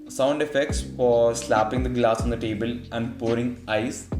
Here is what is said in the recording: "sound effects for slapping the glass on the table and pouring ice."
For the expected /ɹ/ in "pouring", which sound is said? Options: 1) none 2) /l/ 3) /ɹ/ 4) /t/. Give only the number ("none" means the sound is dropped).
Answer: 3